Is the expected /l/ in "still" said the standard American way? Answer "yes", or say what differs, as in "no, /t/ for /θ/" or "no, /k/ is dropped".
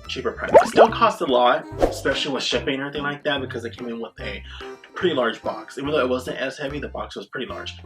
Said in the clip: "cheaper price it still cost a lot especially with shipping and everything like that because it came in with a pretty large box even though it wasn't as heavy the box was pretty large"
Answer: no, /n/ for /l/